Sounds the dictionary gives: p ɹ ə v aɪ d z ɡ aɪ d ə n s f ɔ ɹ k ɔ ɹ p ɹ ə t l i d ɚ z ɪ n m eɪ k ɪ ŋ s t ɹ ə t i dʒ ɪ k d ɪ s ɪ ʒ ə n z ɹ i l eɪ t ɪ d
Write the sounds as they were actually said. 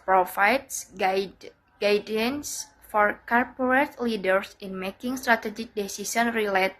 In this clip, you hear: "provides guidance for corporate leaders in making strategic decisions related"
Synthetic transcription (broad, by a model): p ɹ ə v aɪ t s ɡ aɪ d ə n s f ɔ ɹ k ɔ ɹ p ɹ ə t l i d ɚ s ɪ n m eɪ k ɪ ŋ s t ɹ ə t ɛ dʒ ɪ k d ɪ s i s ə n ɹ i l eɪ t